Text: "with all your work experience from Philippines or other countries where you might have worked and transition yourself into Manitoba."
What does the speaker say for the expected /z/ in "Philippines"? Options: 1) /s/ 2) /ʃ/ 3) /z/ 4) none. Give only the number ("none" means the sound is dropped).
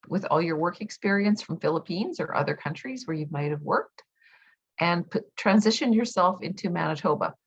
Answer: 3